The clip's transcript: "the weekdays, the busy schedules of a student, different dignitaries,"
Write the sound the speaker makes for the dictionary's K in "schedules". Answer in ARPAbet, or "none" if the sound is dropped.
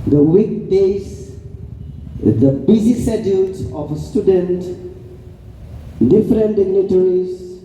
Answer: none